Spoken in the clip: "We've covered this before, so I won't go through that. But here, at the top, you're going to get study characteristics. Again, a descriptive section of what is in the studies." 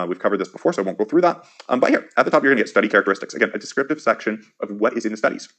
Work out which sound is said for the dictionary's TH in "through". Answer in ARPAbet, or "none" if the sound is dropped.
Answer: TH